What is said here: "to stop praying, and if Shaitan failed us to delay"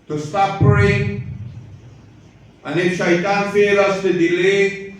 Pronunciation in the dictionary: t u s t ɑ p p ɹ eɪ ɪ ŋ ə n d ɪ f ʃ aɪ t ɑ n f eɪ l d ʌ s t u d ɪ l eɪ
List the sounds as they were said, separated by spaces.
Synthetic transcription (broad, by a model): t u s t ɑ p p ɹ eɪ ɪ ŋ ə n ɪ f ʃ aɪ t ɑ n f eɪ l ʌ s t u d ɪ l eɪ